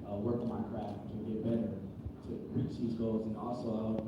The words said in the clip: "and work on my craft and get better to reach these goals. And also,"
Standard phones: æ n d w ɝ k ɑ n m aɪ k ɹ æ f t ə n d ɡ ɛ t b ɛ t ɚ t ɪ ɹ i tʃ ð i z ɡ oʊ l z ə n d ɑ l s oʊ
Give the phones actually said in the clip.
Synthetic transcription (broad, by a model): w ɝ k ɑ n m aɪ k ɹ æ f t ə ɡ ɛ t b ɛ t ɚ t ɪ ɹ i tʃ ð i z ɡ oʊ l z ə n ɑ l s oʊ